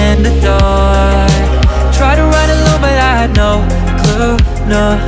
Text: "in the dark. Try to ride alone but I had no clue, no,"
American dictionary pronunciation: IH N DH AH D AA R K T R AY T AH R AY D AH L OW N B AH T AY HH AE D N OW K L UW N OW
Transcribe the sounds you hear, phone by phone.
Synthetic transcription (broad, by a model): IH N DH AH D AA T R AY T AH R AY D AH L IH L B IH T AY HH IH D N OW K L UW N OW